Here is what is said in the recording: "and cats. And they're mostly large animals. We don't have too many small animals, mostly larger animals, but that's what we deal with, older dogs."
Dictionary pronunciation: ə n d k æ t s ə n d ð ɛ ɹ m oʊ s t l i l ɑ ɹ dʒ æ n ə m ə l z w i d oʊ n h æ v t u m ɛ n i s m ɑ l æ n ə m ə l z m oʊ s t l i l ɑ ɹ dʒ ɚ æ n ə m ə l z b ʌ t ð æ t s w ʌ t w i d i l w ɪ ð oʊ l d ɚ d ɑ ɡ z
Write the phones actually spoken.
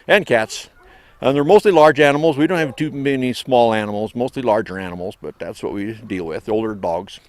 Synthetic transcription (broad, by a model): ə n k æ t s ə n ð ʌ ɹ m oʊ s t l i l ɑ ɹ dʒ æ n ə m l z w i d oʊ n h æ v t u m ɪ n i s m ɑ l æ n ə m l z m oʊ s t l i l ɑ ɹ dʒ ɚ æ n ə m l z b ʌ t ð æ t s w ʌ t w i d i l w ɪ ð oʊ l d ɚ d ɑ ɡ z